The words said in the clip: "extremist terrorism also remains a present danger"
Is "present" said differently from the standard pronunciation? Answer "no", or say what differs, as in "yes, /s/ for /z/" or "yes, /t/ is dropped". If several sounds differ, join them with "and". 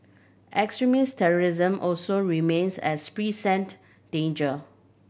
yes, /s/ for /z/